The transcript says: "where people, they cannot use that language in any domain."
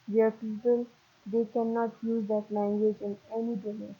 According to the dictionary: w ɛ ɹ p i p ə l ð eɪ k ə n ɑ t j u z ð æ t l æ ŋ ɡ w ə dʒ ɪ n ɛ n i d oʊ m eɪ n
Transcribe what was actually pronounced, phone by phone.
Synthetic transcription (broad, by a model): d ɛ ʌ p i p ə l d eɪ k ə n ɑ t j u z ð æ t l æ ŋ ɡ w ə dʒ ɪ n ɛ n i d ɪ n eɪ